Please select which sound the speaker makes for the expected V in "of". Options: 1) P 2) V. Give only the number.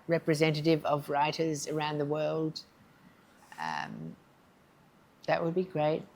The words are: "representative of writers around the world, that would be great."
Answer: 2